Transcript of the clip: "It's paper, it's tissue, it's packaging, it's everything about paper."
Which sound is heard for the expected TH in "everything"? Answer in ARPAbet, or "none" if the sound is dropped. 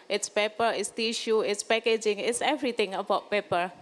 T